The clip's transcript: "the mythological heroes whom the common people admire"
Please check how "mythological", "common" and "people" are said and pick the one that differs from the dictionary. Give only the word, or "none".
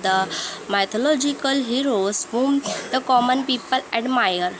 mythological